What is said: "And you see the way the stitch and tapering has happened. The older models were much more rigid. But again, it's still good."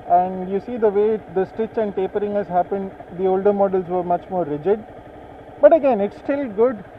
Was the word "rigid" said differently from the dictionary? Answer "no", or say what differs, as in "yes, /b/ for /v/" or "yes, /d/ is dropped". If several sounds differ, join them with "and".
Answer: no